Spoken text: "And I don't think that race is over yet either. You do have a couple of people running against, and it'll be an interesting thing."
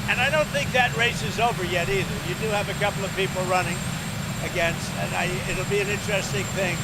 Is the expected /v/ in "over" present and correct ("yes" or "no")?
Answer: yes